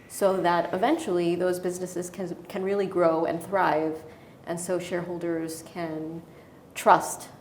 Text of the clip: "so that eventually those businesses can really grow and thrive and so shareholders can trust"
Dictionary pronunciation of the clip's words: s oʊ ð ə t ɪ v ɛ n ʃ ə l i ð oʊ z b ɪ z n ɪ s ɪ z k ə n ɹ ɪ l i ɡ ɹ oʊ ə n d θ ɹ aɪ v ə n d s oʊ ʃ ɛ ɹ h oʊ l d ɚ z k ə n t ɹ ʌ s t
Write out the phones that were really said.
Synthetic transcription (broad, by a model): s oʊ ð ə t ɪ v ɛ n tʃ l i ð oʊ z b ɪ z n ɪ s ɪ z k ə n ɹ ɪ l i ɡ ɹ oʊ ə n θ ɹ aɪ v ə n s oʊ ʃ ɛ ɹ h oʊ l d ɚ z k ə n t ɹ ʌ s t